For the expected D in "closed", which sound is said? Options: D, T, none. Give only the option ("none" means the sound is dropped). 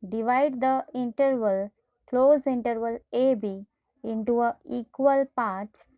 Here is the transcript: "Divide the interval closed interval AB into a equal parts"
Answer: none